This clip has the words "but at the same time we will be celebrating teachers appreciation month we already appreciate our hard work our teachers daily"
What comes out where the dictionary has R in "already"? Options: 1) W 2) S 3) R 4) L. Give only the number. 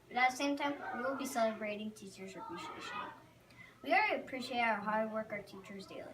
4